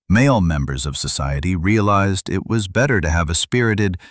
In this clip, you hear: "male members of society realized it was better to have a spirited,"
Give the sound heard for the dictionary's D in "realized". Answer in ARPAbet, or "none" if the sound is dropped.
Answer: D